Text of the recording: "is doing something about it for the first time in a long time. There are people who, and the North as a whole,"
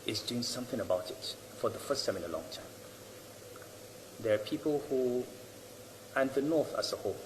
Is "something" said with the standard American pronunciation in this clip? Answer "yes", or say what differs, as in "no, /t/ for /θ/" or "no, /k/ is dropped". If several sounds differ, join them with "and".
yes